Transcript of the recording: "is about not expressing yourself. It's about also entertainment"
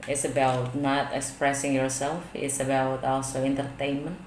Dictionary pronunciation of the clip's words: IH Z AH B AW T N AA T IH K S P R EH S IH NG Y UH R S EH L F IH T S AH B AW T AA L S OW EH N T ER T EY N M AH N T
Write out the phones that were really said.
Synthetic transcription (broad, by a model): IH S AH B AW T N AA T IH K S P R EH S IH NG Y UH R S EH L F IH T S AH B AW T AA L S OW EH N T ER T EY N M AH N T